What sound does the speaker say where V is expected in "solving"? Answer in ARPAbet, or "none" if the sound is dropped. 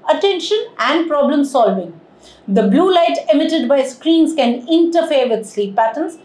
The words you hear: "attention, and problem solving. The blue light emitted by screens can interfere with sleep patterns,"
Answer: V